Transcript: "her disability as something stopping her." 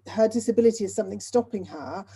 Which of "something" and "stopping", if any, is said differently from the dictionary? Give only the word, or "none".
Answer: none